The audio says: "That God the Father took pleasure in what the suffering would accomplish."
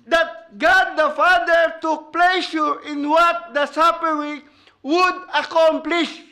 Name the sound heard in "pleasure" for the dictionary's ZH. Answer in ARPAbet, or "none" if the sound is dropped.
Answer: SH